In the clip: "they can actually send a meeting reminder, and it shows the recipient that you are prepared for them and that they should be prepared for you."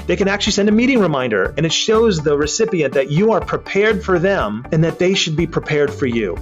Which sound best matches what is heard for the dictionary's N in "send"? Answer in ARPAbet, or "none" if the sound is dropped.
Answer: N